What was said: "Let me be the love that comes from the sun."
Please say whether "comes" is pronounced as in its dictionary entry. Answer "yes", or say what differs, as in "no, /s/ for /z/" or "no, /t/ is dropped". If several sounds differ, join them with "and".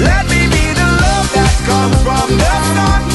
no, /z/ is dropped